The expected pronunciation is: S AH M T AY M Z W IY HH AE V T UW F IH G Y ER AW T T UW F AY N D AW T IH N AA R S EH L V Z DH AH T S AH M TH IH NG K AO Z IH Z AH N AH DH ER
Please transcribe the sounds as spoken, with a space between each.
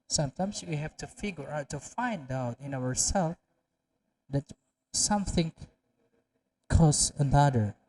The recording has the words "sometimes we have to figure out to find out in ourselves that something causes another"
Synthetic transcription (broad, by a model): S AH M T AY M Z W IY HH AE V T UW F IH G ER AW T T UW F AY N D AW T IH N AA R S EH L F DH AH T S AH M TH IH NG K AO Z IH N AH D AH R